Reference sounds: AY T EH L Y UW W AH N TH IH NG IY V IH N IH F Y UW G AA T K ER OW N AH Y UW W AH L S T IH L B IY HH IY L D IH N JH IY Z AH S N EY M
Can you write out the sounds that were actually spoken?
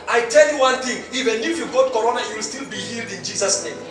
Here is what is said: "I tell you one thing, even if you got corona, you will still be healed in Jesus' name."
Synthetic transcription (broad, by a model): AY T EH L Y UW W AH N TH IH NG IY V IH N IH F Y UW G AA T K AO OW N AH Y UW W AH L S T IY L B IY HH IY L D IH N JH IY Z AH S N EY M